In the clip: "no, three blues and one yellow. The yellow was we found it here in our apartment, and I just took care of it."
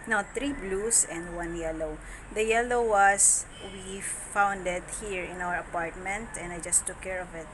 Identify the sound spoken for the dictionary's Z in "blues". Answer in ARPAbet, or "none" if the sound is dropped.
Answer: S